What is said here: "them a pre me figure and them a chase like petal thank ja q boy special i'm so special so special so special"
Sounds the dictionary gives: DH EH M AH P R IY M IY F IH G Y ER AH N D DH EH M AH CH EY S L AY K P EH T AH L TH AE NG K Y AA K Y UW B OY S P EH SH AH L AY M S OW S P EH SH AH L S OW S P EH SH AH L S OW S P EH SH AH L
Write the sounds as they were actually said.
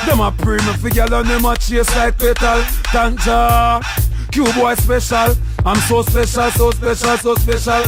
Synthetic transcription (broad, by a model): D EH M AH P R IY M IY F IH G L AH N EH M AH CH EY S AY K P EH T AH L T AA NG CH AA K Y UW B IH S P EH SH AH L AY M S OW S P EH SH AH L S OW S P EH SH AH L S OW S P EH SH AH L